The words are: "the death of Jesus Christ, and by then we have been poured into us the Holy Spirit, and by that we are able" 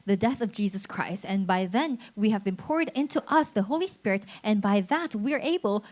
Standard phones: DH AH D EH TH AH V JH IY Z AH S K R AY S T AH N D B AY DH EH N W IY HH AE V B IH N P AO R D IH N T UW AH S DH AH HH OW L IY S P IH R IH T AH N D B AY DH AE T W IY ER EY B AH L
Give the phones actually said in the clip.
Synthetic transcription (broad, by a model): DH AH D EH TH AH V JH IY Z AH S K R AY S T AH N B AY DH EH N W IY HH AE V B IH N P AO R D IH N T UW AH S DH AH HH OW L IY S P IH R IH T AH N B AY DH AE T W IY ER EY B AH L